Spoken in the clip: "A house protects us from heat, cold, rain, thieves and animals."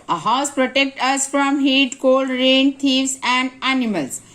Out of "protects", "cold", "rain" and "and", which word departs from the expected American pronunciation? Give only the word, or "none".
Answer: protects